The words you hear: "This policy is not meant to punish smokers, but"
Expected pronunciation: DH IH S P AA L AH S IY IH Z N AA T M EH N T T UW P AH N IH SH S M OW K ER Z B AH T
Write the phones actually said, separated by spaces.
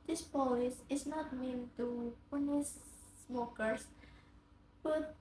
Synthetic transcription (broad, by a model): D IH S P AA AH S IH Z N AA T M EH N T T UW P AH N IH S M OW K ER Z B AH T